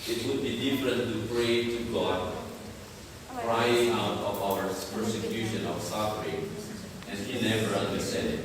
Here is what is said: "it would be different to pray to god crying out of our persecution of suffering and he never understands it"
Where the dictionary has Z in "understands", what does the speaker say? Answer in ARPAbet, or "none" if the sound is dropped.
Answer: none